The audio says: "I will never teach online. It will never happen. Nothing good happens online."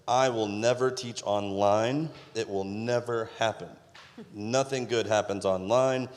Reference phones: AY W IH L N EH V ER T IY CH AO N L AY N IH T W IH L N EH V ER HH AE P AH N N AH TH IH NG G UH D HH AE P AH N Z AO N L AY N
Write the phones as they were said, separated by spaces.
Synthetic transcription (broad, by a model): AY W IH L N EH V ER T IY CH AO N L AY N IH T W IH L N EH V ER HH AE P AH N N AH TH IH NG G UH D HH AE P AH N Z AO N L AY N